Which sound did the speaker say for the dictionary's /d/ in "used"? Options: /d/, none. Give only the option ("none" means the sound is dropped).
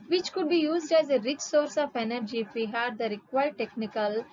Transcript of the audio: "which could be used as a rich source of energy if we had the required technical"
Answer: /d/